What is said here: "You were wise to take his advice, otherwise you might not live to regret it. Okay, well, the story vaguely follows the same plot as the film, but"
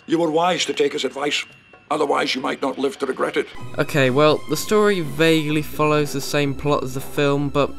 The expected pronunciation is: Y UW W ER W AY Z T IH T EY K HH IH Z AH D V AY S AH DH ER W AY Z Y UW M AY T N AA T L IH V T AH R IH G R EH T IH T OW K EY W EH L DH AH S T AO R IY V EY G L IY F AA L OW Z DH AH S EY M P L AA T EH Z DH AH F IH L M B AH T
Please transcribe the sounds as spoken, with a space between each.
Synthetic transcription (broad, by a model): Y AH W ER W AY Z T IH T EY K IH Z AH D V AY S AH DH ER W AY Z Y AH M AY T N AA T L IH V T AH R IH G R EH T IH T OW K EY W EH L DH AH S T AO R IY V EY G L IY F AA L OW Z DH AH S EY M P L AA T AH Z DH AH F IH L M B AH T